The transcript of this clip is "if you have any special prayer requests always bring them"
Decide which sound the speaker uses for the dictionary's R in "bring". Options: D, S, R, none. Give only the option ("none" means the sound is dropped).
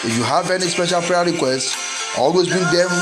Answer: none